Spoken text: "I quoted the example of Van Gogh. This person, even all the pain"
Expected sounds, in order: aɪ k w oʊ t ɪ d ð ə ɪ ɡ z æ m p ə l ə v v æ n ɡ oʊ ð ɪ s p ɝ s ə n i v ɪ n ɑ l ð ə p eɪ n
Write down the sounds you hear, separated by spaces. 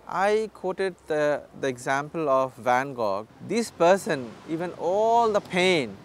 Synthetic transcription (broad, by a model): aɪ k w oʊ t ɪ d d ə ɪ ɡ z æ m p ə l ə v v æ n ɡ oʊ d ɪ s p ɝ s ə n i v ɪ n ɑ l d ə p eɪ n